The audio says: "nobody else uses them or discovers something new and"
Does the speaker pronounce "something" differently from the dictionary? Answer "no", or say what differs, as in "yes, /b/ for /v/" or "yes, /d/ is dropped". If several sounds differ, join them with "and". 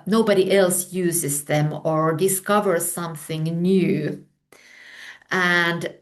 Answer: no